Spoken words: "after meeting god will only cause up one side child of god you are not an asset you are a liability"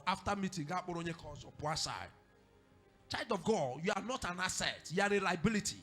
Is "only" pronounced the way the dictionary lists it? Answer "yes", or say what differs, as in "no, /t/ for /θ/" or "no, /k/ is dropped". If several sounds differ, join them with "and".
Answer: no, /l/ is dropped